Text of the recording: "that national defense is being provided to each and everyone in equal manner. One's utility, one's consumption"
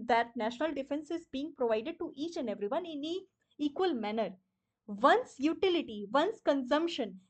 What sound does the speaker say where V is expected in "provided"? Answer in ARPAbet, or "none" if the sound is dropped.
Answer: V